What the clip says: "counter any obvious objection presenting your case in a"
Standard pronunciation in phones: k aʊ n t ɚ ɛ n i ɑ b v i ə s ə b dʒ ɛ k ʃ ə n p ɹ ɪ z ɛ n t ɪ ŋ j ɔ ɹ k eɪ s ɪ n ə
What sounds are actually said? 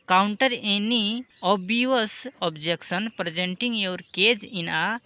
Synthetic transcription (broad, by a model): k aʊ n t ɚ ɛ n i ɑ b i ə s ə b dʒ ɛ k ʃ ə n p ɹ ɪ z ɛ n t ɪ ŋ j ɔ ɹ k eɪ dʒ ɪ n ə